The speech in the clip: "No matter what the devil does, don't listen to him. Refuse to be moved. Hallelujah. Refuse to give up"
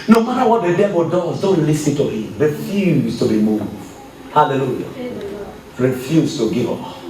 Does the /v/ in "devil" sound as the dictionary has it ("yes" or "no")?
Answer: no